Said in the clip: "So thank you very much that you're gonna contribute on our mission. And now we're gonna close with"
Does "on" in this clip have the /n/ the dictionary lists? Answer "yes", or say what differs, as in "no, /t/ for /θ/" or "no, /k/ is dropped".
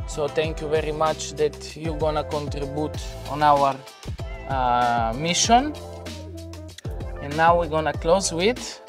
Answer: yes